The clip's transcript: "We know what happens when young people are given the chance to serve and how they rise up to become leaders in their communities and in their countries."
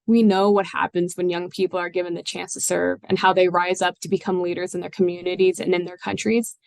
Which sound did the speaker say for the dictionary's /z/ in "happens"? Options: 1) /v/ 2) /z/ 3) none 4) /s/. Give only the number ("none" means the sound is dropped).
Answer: 2